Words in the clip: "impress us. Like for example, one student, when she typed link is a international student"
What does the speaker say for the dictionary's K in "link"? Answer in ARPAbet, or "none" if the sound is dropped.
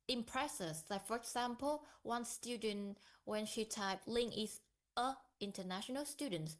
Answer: none